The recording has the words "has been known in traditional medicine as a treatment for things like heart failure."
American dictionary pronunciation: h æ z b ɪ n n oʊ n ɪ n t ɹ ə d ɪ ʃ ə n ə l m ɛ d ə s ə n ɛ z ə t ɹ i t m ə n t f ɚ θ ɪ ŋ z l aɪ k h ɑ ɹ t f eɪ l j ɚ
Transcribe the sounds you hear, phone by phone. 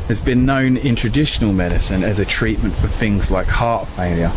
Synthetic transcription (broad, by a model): h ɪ z b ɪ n n oʊ n ɪ n t ɹ ə d ɪ ʃ ə n ə l m ɛ d ə s ə n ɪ z ə t ɹ i t m ə n t f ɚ θ ɪ ŋ z l aɪ k h ɑ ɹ t f eɪ l j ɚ